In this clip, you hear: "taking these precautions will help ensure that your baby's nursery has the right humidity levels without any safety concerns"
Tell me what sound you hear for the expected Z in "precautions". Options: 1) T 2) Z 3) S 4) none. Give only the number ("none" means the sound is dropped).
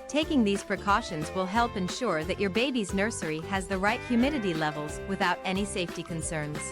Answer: 2